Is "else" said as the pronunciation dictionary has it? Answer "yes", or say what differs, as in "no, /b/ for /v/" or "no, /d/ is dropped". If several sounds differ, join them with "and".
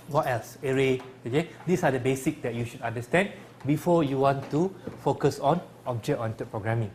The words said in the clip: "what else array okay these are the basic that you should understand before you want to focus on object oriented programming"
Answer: yes